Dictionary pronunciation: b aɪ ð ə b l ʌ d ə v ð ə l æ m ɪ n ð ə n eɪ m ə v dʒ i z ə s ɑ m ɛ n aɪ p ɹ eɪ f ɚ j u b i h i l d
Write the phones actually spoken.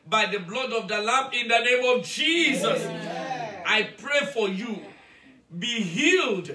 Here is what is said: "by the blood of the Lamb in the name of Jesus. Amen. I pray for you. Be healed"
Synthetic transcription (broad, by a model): b aɪ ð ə b l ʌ d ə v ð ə l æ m ɪ n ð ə n eɪ m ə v dʒ i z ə s ɑ ɪ p ɹ eɪ f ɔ j u b i h i l d